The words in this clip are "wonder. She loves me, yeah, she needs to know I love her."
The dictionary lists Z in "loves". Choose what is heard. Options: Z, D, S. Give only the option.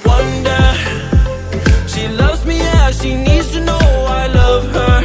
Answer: Z